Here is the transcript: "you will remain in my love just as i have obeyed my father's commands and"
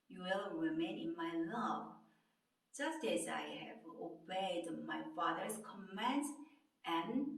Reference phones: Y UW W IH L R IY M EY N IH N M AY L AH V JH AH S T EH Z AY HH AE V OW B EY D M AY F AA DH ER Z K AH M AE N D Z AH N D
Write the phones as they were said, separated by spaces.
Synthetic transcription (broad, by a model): Y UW W IH L R IY M EY N IH N M AY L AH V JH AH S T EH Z AY HH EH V OW B EY D M AY F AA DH ER S K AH M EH N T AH N